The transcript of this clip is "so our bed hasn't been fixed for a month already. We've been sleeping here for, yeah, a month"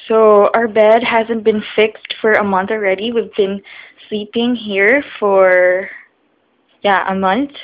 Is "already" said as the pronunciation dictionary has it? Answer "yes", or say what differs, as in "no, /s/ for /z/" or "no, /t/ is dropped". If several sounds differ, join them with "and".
yes